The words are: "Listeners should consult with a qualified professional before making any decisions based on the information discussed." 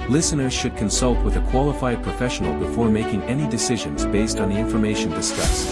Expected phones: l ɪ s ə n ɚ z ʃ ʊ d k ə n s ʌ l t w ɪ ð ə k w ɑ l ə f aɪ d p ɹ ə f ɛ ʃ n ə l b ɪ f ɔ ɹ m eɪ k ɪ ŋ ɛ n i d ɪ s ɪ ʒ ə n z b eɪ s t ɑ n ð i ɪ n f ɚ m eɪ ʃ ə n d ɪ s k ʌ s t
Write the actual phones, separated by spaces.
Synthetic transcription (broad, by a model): l ɪ s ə n ɚ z ʃ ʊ d k ə n s ʌ l t w ɪ ð ə k w ɑ l ə f aɪ d p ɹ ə f ɛ ʃ n l b ɪ f ɔ ɹ m eɪ k ɪ ŋ ɛ n i d ɪ s ɪ ʒ ə n z b eɪ s t n ð i ɪ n f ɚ m eɪ ʃ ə n d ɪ s k ʌ s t